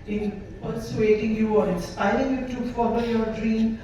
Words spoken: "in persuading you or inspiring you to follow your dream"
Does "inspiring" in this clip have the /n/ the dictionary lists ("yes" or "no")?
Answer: no